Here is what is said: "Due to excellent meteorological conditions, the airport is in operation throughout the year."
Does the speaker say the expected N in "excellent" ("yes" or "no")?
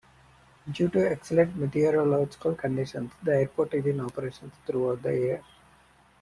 no